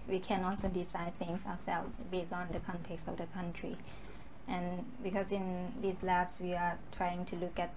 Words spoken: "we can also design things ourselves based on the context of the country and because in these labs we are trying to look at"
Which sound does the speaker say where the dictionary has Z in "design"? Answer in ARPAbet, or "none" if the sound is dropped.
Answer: S